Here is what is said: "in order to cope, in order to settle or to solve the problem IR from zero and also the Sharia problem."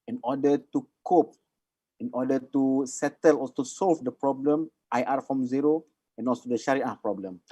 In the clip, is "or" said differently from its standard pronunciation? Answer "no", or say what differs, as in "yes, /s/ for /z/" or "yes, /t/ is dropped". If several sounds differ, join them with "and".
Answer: yes, /l/ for /ɹ/